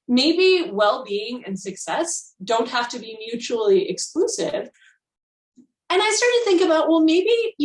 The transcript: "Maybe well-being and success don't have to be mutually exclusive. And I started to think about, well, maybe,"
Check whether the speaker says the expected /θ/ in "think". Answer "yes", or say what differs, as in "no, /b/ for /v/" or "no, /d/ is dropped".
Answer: yes